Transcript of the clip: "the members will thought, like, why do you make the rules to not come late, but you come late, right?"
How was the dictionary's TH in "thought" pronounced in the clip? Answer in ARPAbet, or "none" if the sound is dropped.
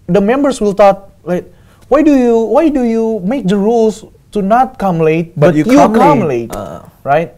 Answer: T